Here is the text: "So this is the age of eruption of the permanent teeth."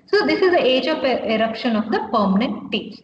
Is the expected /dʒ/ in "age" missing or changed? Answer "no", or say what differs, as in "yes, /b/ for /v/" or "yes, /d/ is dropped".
no